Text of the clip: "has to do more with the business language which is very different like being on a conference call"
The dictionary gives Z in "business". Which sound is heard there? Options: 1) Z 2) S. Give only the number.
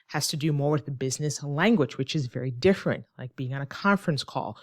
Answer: 1